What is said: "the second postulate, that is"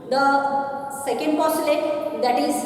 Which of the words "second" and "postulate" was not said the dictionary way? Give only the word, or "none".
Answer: postulate